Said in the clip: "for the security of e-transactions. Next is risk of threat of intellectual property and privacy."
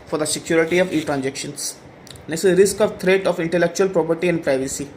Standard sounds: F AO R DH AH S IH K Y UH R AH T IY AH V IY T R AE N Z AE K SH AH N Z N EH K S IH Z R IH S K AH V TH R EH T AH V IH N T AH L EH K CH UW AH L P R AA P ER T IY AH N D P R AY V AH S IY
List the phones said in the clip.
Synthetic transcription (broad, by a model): F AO R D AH S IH K Y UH R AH T IY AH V IY T R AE N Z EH K SH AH N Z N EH S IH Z R IH S K AH V T R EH T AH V IH N T AH L EH K CH UW AH L P R AA P ER T IY AH N D P R AY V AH S IY